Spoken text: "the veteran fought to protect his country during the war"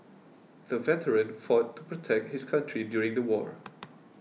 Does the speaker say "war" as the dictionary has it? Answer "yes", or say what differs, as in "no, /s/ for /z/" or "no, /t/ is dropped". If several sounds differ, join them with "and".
yes